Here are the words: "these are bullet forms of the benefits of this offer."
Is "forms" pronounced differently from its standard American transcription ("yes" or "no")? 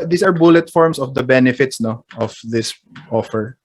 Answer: yes